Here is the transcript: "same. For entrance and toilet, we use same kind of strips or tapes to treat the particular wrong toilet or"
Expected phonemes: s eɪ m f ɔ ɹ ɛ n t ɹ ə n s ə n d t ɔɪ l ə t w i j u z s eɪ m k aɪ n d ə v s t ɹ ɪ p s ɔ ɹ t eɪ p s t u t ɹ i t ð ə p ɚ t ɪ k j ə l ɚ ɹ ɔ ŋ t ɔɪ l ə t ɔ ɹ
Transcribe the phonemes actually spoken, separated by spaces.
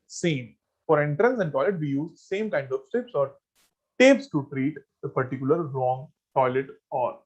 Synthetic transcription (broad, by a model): s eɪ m f ɔ ɹ ɛ n t ɹ ə n s ə n d t ɔɪ l ə t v i j u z s eɪ m k aɪ n d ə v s t ɪ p s ɔ ɹ t eɪ p s t u t ɹ i t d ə p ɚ t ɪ k j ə l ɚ ɹ ɔ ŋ t ɔɪ l ə t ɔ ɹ